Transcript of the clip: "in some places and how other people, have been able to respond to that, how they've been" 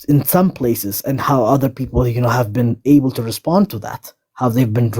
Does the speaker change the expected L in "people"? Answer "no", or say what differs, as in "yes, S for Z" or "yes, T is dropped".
yes, N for L